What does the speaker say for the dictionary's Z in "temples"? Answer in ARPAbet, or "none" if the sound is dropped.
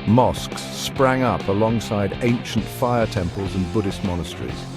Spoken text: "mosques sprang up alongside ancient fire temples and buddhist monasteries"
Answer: Z